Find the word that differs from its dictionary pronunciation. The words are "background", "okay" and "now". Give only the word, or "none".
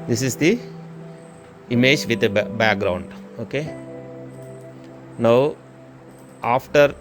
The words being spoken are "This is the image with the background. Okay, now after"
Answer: none